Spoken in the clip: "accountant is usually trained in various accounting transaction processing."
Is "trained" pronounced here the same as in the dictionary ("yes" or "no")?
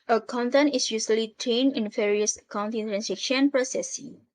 no